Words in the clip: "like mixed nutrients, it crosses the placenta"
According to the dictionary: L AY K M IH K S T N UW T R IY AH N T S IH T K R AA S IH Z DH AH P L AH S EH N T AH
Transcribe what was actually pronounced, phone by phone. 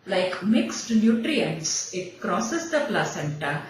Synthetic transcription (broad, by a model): L AY K M IH K S T N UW T R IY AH N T S IH T K R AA S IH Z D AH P L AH S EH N T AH